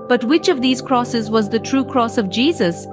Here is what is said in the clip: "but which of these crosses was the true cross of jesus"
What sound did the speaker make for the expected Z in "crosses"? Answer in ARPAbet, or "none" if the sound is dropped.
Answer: Z